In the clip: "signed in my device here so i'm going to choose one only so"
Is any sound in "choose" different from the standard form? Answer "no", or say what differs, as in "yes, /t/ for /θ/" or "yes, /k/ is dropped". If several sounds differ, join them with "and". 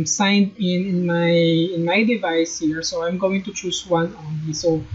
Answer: yes, /s/ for /z/